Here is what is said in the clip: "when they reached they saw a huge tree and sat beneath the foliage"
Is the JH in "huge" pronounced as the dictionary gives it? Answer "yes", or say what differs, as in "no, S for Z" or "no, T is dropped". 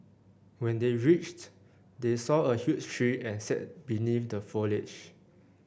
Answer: no, CH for JH